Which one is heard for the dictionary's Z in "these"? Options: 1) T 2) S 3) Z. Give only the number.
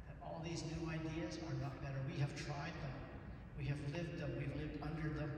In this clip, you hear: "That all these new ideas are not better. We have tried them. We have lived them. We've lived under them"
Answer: 3